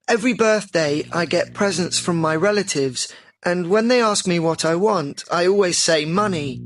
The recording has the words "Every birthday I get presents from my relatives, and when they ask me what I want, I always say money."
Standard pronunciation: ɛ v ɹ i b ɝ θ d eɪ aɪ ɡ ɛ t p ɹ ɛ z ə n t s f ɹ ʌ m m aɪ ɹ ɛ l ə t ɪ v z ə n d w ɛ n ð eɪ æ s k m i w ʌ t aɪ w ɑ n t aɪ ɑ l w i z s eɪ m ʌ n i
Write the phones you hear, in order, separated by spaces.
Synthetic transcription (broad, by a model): ɛ v ɹ i b ɝ θ d eɪ aɪ ɡ ɛ t p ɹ ɛ z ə n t s f ɹ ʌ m m aɪ ɹ ɛ l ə t ɪ v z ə n w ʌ n ð eɪ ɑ s k m i w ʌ t aɪ w ɑ n t aɪ ɑ l w i z s eɪ m ʌ n i